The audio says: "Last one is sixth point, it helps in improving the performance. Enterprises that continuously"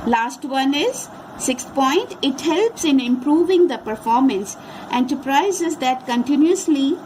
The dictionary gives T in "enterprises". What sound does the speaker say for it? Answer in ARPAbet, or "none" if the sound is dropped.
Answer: S